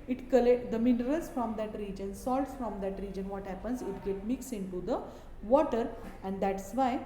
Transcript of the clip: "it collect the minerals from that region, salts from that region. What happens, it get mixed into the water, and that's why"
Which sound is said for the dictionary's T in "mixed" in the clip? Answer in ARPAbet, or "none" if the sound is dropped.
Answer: none